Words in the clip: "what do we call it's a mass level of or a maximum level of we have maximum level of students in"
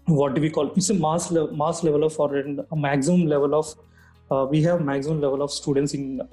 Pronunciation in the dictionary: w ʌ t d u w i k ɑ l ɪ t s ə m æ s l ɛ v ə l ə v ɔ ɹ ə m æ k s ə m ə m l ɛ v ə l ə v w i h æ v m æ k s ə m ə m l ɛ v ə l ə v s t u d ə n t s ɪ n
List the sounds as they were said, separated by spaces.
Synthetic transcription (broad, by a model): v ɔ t d u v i k ɑ l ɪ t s ə m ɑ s l ɛ v ə l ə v ɔ ɹ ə m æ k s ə m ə m l ɛ v ə l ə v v i h æ v m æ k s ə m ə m l ɛ v ə l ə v s t u d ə n t s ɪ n